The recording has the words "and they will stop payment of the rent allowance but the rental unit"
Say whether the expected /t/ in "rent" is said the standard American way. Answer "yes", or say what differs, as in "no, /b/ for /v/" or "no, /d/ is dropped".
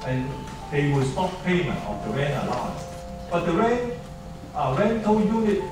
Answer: no, /t/ is dropped